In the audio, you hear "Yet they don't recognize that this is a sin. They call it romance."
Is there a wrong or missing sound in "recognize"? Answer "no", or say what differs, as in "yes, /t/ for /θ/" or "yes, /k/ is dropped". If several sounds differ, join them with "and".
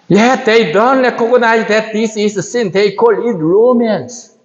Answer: yes, /l/ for /ɹ/